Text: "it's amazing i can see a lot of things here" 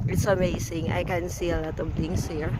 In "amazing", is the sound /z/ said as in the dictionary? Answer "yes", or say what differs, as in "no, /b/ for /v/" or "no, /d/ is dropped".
no, /s/ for /z/